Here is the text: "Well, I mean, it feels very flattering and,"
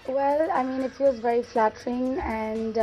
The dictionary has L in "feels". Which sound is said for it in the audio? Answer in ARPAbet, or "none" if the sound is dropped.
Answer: W